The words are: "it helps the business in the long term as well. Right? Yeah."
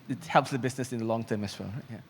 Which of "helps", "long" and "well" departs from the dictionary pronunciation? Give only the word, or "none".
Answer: well